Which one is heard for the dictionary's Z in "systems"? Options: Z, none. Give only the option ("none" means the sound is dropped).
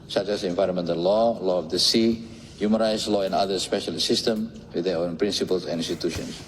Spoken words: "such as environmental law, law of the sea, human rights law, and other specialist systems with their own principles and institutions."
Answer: none